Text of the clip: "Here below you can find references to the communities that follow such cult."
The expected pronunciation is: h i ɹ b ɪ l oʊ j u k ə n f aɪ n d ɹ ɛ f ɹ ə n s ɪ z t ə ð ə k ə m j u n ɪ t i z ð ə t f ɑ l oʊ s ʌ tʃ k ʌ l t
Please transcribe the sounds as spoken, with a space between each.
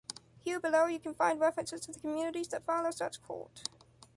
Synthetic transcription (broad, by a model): h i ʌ b ɪ l oʊ j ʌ k ə n f aɪ n d ɹ ɛ f ɹ ə n s ɪ z t ə ð ə k ə m j u n ɪ t i z ð ə t f ɑ l oʊ s ʌ tʃ k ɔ t